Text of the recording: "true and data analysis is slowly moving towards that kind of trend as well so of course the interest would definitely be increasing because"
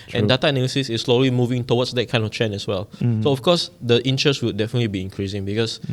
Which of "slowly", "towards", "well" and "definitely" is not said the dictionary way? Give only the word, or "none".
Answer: towards